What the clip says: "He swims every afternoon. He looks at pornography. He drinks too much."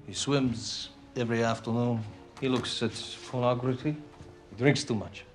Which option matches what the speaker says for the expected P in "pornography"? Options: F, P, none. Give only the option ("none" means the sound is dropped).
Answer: F